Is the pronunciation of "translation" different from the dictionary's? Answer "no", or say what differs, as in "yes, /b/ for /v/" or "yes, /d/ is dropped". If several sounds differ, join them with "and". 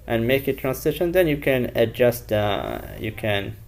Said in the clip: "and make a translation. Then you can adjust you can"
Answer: yes, /l/ is dropped